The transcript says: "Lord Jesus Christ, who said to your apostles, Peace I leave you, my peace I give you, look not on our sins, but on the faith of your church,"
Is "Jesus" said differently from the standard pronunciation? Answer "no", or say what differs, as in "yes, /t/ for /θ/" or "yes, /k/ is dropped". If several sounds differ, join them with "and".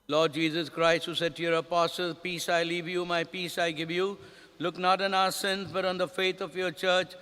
no